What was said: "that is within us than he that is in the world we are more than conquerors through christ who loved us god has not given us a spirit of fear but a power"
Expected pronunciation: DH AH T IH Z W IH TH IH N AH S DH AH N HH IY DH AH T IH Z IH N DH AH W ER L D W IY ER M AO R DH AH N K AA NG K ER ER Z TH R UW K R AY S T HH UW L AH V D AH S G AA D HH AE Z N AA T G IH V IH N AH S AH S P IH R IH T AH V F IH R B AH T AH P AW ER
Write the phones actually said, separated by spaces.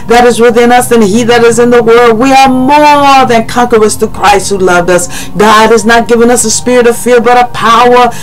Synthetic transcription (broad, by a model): DH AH T IH Z W IH TH IH N AH S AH N IY DH AH T IH Z IH N DH AH W ER L D W IY ER M AO R DH AH N K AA NG K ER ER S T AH K R AY S T HH UW L AH V D AH S G AA D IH Z N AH T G IH V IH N AH S AH S P IH R IH T AH V F IH R B AH T AH P AW ER